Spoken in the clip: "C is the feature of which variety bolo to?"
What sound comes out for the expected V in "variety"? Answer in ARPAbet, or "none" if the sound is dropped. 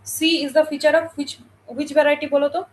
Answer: B